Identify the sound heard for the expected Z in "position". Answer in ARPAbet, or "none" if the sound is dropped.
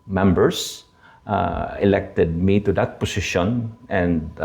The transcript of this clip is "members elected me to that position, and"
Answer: S